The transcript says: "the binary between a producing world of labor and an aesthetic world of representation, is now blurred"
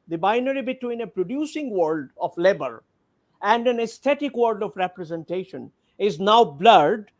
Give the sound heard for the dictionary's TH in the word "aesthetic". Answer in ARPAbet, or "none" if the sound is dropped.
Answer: T